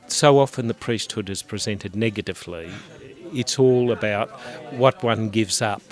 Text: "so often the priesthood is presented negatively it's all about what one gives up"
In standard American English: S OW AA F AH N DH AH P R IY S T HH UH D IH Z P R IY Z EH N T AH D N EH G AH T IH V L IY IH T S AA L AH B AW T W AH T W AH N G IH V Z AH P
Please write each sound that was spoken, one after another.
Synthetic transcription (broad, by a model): S OW AA F AH N DH AH P R IY S T HH UH D IH Z P R IY Z EH N T AH D N EH G AH T IH V L IY IH T S AA L AH B AW T W AH T W AH N G IH V Z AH P